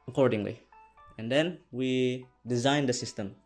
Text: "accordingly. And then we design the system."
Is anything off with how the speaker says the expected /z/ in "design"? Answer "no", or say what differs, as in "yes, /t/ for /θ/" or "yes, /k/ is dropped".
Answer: no